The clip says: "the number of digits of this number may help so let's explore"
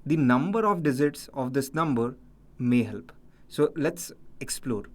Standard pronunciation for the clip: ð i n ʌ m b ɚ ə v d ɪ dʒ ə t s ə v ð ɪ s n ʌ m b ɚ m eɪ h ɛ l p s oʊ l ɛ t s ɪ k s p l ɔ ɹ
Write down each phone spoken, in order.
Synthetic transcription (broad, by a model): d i n ʌ m b ɚ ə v d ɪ z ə t s ə v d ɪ s n ʌ m b ɚ m eɪ h ɛ l p s oʊ l ɛ t s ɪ k s p l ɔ ɹ